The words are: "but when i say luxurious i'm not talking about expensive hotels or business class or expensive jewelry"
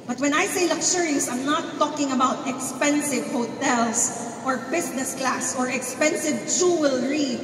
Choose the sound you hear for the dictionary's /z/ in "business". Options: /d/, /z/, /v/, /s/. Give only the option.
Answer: /s/